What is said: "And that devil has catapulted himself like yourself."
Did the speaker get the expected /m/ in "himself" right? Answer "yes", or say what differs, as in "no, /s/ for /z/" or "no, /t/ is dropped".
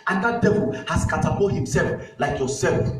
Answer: yes